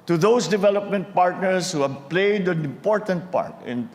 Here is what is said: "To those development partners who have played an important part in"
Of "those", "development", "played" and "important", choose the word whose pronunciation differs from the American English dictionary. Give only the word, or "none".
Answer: those